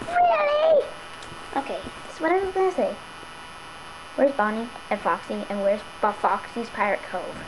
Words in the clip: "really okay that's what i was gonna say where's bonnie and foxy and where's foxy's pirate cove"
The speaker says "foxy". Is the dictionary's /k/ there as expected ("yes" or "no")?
yes